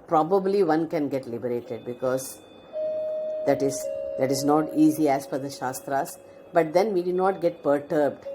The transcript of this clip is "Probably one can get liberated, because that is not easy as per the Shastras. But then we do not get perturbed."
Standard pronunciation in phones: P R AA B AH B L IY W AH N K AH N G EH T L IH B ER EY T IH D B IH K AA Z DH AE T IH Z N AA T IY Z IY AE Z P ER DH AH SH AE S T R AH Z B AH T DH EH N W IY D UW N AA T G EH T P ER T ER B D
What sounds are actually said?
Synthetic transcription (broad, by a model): P R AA B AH B L IY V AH N K AH N G EH T L IH B ER EY T IH D B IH K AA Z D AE T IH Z N AA T IY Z IY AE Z F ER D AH SH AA S T R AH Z B AH T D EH N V IY D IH N AA T G EH T P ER T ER B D